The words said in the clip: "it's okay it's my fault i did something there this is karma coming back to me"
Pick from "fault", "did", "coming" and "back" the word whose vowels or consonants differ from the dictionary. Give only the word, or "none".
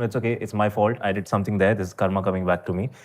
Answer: none